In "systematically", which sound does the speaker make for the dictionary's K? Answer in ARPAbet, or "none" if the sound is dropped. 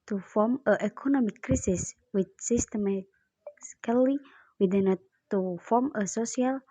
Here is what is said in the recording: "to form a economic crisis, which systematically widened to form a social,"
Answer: none